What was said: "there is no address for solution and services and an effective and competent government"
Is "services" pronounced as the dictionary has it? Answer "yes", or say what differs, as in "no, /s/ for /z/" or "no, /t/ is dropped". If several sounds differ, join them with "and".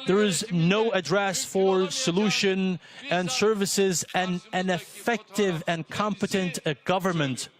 yes